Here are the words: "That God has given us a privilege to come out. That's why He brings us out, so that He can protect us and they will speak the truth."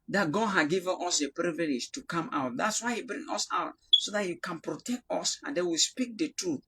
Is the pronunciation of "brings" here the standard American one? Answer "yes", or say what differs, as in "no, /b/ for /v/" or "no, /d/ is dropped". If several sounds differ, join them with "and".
no, /z/ is dropped